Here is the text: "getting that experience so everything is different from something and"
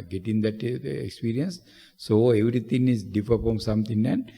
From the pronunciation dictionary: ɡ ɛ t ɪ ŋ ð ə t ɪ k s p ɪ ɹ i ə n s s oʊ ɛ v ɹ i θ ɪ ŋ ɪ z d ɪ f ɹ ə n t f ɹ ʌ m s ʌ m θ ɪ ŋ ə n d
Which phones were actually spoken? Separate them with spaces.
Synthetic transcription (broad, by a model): ɡ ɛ t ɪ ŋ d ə t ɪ k s p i ɹ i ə n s s oʊ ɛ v ɹ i t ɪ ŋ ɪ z d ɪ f ə t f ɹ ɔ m s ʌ m t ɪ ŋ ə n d